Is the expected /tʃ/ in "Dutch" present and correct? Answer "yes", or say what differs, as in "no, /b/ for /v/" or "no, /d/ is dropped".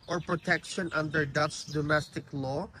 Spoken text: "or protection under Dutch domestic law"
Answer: no, /s/ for /tʃ/